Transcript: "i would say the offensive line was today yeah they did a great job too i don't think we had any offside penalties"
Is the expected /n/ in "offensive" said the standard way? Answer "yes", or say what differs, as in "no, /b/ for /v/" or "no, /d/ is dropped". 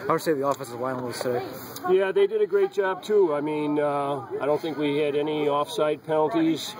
no, /n/ is dropped